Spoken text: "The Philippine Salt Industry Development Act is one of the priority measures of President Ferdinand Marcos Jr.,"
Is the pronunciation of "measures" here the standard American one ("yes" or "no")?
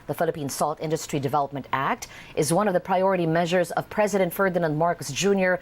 yes